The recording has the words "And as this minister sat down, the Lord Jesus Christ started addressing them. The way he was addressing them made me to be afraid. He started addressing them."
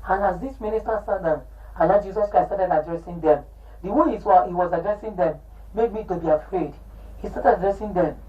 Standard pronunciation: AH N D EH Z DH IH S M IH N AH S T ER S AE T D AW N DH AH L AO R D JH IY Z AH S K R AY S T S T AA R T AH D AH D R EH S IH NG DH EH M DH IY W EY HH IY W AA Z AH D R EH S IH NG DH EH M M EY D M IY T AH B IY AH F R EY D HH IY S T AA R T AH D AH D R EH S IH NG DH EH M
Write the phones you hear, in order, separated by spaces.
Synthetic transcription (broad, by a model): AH N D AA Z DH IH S M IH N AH S T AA S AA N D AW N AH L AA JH IY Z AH S K R AY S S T AA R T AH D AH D R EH S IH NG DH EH M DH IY W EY HH IY W AA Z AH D R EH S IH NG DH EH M M EY D M IY T AH B IY AH F R EY D HH IY S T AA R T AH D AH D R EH S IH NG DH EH M